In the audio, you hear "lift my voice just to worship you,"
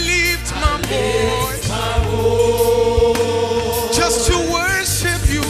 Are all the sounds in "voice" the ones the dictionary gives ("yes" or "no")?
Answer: no